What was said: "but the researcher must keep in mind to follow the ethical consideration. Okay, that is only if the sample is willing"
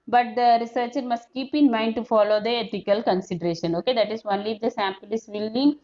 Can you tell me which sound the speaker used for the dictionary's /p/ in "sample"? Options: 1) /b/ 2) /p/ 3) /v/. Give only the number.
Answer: 2